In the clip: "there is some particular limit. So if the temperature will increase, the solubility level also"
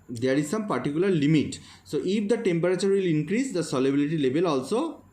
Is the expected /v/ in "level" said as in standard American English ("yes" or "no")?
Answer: no